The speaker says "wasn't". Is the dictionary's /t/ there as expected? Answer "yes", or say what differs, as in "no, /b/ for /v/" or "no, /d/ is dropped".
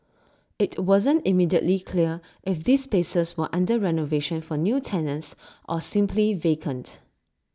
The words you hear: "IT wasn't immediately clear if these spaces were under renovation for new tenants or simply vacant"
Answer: yes